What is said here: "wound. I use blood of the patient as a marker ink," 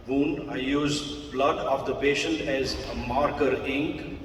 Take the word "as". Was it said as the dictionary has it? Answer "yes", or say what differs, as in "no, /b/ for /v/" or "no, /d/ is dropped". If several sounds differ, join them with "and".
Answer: yes